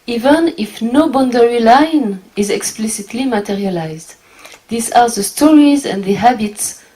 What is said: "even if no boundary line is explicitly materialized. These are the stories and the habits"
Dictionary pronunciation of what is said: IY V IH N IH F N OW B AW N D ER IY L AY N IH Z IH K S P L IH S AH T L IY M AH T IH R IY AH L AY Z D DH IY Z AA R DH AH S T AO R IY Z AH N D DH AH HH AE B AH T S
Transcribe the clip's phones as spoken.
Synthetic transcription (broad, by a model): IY V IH N IH F N OW B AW N D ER IY L AY N IH Z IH K S P L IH S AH T L IY M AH T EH R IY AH L AY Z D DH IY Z AA R DH AH S T AO R IY Z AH N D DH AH HH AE B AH T S